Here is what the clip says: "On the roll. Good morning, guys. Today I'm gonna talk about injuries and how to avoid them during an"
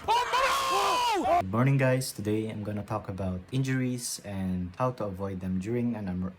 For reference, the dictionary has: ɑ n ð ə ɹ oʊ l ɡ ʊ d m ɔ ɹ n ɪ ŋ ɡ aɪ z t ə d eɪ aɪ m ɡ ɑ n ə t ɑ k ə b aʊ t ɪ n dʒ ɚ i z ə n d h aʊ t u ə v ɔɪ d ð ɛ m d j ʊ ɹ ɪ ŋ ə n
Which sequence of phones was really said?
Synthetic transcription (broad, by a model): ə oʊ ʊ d m ɔ ɹ n ɪ ŋ ɡ aɪ s t ə d eɪ aɪ m ɡ ɑ n ə t ɑ k ə b aʊ t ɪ n dʒ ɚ i s ə n d h aʊ t u ə v ɔɪ d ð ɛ m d j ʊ ɹ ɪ ŋ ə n